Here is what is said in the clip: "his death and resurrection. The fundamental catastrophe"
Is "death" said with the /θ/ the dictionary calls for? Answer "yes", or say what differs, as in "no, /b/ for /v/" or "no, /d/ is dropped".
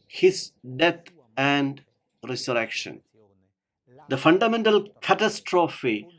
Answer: no, /t/ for /θ/